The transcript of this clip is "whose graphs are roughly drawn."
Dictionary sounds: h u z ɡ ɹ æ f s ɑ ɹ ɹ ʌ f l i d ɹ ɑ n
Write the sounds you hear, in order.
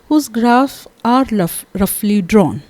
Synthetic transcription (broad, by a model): h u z ɡ ɹ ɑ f ɑ ɹ ɹ ʌ f l i d ɹ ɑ n